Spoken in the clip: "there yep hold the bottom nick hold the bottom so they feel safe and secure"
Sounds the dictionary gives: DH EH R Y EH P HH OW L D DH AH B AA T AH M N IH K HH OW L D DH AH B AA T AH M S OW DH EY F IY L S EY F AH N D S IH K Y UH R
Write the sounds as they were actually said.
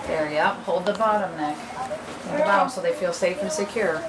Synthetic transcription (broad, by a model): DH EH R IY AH P HH OW L D DH AH B AA T AH M N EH K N DH AH B AA T AH M S OW DH EY F IY L S EY F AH N S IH K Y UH R